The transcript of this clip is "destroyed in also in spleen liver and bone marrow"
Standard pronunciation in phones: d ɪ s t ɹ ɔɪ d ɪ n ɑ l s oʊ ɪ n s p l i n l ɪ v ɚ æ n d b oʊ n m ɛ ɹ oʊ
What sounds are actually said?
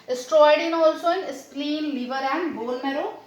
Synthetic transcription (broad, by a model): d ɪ s t ɹ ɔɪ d ɪ n ɑ l s oʊ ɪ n s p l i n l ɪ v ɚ æ n d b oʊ l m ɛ ɹ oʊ